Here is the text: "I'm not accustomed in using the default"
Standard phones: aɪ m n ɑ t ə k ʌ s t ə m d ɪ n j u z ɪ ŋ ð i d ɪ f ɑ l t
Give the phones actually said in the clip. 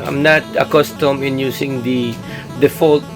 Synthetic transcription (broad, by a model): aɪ m n ɑ t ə k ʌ s t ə m ɪ n j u s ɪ ŋ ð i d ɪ f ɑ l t